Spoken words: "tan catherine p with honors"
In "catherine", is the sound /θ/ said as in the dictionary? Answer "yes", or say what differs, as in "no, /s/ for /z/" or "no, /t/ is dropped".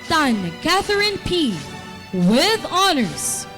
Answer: yes